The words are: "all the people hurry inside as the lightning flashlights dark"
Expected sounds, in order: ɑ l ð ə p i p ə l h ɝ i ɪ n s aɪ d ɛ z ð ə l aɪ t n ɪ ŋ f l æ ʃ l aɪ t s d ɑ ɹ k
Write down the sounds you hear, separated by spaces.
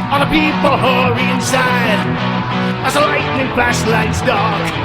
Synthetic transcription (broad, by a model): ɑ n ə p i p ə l h ɝ i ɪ n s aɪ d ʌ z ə l aɪ t n ɪ ŋ p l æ s l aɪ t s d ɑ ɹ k